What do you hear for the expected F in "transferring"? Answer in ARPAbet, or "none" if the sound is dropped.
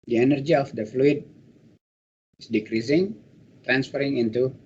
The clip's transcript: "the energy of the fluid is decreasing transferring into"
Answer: F